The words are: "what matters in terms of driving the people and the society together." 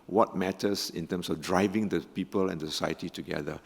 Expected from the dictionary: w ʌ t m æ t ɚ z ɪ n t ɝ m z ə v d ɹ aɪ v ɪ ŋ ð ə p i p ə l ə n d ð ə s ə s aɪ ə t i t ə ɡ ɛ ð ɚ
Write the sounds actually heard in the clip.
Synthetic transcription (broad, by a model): w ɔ t m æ t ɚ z ɪ n t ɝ m s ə f d ɹ aɪ v ɪ ŋ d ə p i p ə l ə n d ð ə s ə s aɪ ə t i t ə ɡ ɛ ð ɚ